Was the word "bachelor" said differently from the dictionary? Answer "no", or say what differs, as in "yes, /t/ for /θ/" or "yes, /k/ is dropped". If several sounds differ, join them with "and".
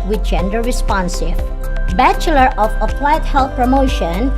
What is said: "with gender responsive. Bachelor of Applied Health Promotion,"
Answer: no